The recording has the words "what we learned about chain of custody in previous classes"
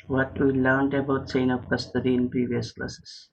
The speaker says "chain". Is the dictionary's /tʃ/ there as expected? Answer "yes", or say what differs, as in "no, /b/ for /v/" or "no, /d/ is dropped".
no, /s/ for /tʃ/